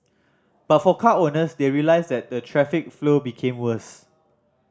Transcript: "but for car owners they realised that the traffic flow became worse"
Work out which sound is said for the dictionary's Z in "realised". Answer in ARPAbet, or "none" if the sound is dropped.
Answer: S